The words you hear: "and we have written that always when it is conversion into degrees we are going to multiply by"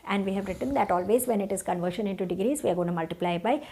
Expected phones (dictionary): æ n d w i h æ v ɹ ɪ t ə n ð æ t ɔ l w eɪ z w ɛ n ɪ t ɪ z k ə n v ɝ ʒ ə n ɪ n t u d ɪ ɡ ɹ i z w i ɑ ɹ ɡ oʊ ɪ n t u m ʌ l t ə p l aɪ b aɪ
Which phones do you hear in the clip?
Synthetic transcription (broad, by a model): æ n d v i h æ v ɹ ɪ t ə n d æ t ɔ l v eɪ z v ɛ n ɪ t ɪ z k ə n v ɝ ʃ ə n ɪ n t u d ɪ ɡ ɹ i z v i ɑ ɹ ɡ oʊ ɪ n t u m ʌ l t ə p l aɪ b aɪ